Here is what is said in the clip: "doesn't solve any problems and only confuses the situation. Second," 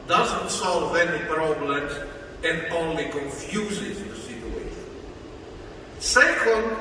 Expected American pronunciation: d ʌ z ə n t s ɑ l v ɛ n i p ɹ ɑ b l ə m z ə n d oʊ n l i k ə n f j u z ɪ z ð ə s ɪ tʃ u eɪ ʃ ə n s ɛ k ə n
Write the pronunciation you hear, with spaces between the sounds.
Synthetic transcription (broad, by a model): d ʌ z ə n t s ɑ l v ɛ n i p ɹ ɑ b l ə m z ə n d oʊ n l i k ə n f j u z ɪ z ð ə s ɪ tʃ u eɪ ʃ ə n s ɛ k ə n